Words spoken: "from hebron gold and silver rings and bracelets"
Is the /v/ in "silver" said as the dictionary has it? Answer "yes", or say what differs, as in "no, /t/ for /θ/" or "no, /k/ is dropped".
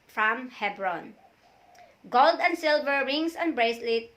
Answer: yes